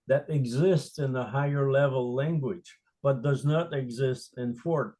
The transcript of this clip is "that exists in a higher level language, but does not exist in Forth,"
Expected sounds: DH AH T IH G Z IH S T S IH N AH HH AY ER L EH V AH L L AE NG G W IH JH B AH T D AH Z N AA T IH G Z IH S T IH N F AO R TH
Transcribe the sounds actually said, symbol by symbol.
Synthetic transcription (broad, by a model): DH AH T IH G Z IH S T S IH N AH HH AY ER L EH V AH L L AE NG G W IH JH B AH T D AH Z N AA T IH G Z IH S T IH N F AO R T